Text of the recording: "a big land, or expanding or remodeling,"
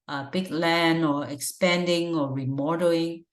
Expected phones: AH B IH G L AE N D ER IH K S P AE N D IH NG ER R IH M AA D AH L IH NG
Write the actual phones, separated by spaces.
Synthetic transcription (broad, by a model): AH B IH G L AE N ER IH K S P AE N D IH NG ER R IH M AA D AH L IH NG